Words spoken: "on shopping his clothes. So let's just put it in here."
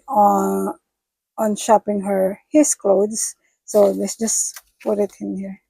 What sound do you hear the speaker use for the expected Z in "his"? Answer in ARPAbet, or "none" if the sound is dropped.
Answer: S